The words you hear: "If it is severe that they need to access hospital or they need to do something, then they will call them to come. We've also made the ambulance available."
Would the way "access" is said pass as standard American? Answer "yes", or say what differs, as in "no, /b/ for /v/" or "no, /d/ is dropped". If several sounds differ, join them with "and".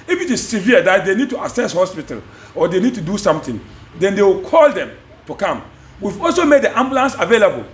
no, /k/ is dropped